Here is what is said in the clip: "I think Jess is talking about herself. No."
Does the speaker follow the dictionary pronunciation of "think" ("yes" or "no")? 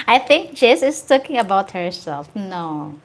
yes